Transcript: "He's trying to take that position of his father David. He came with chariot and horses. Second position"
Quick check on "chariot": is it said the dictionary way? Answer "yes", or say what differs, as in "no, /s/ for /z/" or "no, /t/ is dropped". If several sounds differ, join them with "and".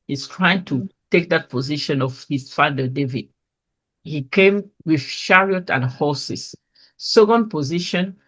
no, /ʃ/ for /tʃ/